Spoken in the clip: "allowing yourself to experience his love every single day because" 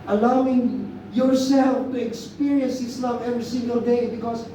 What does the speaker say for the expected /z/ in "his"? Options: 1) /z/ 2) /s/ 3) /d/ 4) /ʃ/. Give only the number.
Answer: 2